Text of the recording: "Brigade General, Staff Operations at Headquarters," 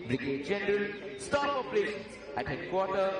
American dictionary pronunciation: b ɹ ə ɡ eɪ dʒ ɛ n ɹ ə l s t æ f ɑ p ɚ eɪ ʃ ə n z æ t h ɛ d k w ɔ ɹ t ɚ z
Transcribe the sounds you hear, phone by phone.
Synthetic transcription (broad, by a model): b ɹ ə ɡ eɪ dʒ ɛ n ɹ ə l s t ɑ p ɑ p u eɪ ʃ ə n s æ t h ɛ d k w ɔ t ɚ